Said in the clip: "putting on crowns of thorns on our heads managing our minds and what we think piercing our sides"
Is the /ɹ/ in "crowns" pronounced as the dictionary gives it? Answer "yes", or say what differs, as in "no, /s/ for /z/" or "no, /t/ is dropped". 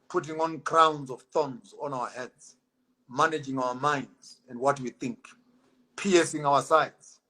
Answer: yes